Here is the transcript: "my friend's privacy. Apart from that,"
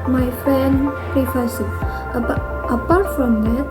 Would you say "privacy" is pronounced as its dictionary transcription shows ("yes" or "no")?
no